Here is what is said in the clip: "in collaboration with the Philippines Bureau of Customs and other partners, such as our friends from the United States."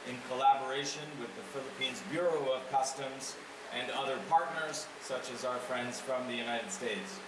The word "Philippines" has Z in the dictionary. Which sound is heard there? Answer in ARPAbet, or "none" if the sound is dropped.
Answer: Z